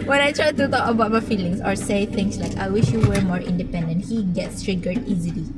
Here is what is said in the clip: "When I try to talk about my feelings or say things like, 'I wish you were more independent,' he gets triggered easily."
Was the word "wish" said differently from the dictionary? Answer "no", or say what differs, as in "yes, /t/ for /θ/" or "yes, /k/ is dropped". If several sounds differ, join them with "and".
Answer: no